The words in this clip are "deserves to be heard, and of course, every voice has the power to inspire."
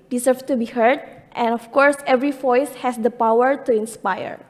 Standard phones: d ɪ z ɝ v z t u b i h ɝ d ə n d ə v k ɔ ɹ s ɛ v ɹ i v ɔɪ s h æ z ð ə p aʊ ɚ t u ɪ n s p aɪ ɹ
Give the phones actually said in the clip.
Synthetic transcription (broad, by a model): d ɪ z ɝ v t u b i h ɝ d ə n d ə f k ɔ ɹ s ɛ v ɹ i v ɔɪ s h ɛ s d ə p aʊ ɚ t u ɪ n s p aɪ ɹ